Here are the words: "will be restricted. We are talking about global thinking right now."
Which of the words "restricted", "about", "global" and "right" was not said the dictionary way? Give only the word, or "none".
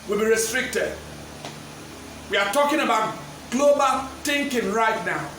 none